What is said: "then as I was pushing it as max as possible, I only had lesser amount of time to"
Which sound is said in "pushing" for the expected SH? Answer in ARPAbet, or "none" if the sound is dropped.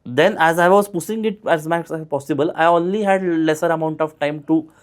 S